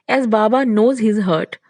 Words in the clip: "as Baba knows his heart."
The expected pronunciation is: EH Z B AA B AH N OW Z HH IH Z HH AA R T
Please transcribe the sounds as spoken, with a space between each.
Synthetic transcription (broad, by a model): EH Z B AA B AH N OW Z HH IH Z HH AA R T